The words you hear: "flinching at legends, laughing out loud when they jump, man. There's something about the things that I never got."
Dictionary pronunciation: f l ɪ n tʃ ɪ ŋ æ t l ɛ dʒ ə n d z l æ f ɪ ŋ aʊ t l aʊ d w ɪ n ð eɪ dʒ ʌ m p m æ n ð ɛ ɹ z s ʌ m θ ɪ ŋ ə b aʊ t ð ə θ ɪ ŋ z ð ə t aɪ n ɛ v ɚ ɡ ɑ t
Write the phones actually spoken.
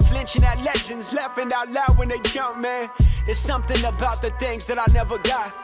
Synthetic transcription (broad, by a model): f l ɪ n tʃ ɪ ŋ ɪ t l ɛ dʒ ə n d z l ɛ f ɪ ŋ aʊ t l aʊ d w ɪ n ð eɪ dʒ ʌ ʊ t m æ n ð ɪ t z s ʌ m θ ɪ ŋ ə b aʊ t ð ə θ ɪ ŋ z ð ə t aɪ n ɛ v ɚ ɡ ɑ t